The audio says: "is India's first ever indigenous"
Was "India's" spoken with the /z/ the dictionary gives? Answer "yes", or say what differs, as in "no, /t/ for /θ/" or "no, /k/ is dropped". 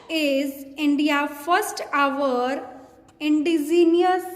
no, /z/ is dropped